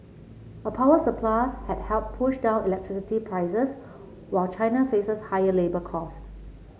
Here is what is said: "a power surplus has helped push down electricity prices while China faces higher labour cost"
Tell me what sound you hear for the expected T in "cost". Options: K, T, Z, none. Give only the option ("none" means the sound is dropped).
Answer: T